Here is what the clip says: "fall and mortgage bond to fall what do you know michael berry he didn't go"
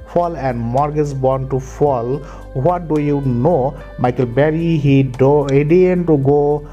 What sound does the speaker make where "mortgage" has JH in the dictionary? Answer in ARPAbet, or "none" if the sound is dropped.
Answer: Z